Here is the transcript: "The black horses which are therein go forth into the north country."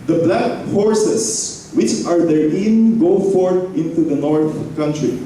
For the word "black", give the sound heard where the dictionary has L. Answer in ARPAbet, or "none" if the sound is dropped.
L